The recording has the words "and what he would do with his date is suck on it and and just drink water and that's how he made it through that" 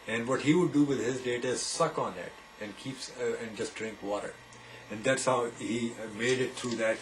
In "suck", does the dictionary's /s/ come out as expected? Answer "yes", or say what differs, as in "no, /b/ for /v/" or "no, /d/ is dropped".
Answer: yes